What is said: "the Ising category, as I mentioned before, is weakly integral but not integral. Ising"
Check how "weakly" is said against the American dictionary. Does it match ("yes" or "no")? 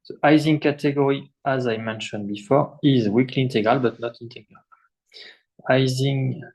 yes